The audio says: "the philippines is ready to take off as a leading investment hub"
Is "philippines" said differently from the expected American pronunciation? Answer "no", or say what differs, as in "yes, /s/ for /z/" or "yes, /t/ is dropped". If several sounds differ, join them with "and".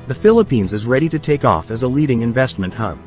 no